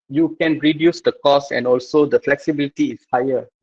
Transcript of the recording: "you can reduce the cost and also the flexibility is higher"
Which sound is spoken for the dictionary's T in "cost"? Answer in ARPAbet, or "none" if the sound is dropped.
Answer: none